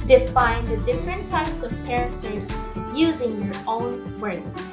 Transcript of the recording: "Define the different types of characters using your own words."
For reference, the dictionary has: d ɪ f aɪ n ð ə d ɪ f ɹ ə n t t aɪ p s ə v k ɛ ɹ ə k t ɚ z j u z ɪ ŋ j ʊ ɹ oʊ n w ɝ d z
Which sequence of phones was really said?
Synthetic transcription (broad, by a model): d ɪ f aɪ n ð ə d ɪ f ɹ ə n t t aɪ p s ə v k ɛ ɹ ə k t ɚ z j u z ɪ ŋ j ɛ ɹ oʊ n w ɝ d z